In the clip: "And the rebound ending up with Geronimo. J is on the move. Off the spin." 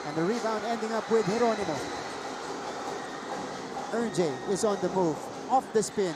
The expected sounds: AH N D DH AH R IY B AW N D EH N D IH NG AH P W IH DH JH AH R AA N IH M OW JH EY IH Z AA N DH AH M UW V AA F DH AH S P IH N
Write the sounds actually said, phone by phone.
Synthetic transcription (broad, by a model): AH N DH AH R IY B AW N D EH N D IH NG AH P W IH DH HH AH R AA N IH M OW JH EY IH Z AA N DH AH M UW V AA F DH AH S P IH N